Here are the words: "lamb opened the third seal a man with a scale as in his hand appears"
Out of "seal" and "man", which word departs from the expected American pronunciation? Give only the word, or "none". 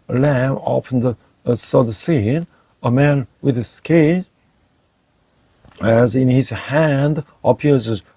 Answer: seal